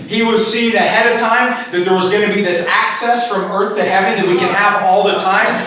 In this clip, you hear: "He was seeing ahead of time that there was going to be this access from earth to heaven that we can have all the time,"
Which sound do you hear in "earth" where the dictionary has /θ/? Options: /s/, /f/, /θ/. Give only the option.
/θ/